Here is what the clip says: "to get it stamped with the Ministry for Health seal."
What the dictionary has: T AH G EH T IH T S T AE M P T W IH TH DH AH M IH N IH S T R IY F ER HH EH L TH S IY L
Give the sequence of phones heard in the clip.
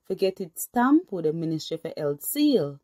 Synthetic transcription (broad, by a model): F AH G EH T IH T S T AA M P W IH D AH M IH N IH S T IY F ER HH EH L T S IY L